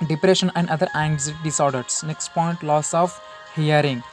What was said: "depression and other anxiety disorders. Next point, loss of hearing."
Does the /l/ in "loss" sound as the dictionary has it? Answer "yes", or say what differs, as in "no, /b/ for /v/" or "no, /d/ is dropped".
yes